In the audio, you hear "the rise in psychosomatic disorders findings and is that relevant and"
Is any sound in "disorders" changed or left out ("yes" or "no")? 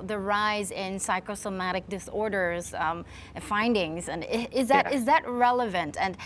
no